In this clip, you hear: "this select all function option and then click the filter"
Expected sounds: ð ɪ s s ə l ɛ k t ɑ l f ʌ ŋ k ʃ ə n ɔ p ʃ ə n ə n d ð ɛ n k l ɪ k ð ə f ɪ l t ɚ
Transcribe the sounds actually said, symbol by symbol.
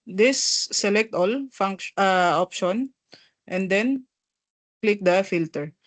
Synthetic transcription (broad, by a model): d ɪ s s ə l ɛ k t ɑ l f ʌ ŋ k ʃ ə ɔ p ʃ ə n ə n d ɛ n k l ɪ k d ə f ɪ l t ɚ